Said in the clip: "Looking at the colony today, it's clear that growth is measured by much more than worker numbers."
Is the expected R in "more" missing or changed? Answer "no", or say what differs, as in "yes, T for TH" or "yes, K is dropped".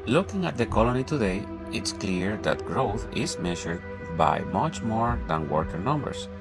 no